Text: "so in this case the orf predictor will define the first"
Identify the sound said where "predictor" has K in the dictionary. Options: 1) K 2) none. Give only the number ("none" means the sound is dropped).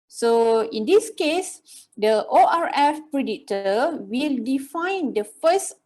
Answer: 2